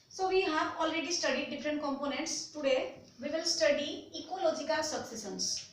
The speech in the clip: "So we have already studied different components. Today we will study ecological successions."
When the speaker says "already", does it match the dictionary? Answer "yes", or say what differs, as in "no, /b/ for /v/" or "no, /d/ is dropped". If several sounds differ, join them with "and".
yes